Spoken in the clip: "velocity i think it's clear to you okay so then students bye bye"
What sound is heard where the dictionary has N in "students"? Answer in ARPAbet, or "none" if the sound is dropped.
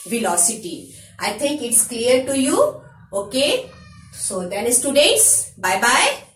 none